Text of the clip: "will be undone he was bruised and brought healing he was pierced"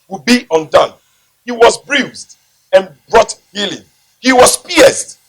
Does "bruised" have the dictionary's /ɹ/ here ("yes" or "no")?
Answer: yes